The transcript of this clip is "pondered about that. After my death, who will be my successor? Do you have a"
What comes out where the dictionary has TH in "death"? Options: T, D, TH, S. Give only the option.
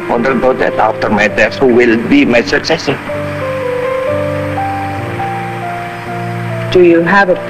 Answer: S